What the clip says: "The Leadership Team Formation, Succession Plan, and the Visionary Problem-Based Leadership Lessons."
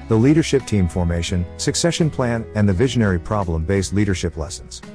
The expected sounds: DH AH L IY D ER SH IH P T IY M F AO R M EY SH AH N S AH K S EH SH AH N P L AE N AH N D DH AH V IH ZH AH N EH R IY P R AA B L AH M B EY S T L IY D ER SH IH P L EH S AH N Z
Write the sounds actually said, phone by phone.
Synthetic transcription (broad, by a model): DH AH L IY D ER SH IH P T IY M F AO R M EY SH AH N S AH K S EH SH AH N P L AE N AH N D DH AH V IH ZH AH N EH R IY P R AA B L AH M B EY S T L IY D ER SH IH P L EH S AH N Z